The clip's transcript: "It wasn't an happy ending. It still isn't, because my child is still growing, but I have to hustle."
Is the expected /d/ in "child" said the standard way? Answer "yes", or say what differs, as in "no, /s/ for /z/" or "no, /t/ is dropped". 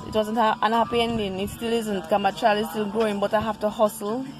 no, /d/ is dropped